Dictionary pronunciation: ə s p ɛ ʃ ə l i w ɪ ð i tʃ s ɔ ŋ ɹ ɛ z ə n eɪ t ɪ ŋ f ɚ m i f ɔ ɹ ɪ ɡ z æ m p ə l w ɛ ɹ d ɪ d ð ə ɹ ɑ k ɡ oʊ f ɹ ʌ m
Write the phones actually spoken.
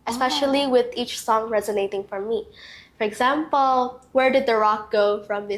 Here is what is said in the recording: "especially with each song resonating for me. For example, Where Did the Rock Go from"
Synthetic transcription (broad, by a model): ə s p ɛ ʃ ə l i w ɪ ð i tʃ s ɔ ŋ ɹ ɛ z ə n eɪ t ɪ ŋ f ɚ m i f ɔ ɹ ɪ ɡ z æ m p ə l w ɛ ɹ d ɪ d ð ə ɹ ɑ k ɡ oʊ f ɹ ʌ m